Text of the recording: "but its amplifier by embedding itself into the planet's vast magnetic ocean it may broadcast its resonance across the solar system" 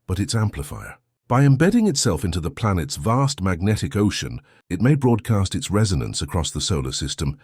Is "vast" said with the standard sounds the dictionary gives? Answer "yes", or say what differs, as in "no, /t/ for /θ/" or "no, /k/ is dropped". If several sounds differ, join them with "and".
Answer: yes